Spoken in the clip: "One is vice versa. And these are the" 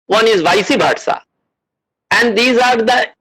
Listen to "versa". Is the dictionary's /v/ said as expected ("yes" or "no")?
no